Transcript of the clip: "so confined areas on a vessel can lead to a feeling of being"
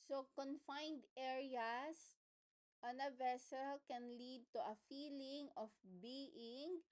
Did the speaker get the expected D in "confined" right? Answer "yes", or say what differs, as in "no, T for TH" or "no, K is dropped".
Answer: yes